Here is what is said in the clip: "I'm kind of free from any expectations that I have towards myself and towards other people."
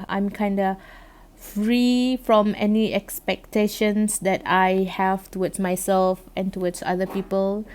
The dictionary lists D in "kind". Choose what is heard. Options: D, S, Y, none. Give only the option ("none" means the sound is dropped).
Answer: D